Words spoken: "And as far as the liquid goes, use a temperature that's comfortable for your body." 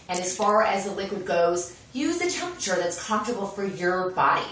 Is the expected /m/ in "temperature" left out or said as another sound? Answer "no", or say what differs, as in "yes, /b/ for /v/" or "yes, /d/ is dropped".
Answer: no